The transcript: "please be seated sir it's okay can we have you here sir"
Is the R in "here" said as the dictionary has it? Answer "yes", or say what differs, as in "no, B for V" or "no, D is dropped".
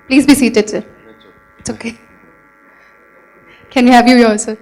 no, L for R